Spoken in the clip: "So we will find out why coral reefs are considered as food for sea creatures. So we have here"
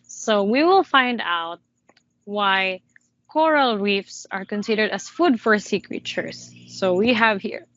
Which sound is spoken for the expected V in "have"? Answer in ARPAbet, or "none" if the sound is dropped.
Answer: V